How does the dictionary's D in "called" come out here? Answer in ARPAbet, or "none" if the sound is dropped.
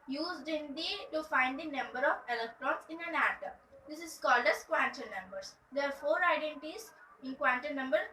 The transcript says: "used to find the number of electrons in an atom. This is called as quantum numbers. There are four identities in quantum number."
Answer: D